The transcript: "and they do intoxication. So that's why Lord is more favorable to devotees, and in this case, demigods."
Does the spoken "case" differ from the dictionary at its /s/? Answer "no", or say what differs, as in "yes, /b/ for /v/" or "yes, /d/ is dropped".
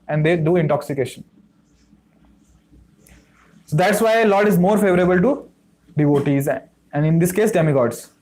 no